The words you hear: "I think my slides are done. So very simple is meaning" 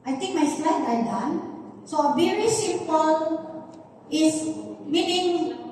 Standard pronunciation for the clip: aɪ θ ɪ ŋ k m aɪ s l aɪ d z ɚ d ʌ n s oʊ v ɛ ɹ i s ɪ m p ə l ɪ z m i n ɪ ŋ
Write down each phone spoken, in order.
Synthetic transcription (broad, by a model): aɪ t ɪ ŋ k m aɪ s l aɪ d ɚ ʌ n s oʊ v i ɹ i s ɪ p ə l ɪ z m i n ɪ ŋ